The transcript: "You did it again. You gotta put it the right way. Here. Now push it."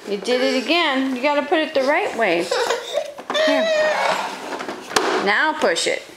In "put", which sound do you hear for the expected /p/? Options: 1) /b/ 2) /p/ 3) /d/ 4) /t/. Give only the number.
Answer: 2